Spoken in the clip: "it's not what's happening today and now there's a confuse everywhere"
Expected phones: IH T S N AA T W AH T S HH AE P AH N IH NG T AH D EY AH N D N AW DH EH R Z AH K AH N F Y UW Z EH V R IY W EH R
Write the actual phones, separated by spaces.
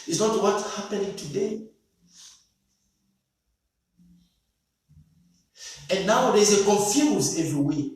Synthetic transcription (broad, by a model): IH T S N AA T W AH T HH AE P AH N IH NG T AH D EY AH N N AW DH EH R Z AH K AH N F Y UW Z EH V R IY W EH